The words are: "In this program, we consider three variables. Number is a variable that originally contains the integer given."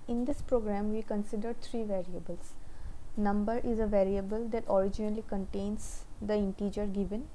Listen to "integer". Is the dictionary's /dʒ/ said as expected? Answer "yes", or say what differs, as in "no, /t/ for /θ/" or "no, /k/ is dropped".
yes